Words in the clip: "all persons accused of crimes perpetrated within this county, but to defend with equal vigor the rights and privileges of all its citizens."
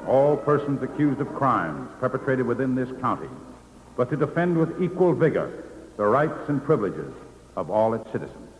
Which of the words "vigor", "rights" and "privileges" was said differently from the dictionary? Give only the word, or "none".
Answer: none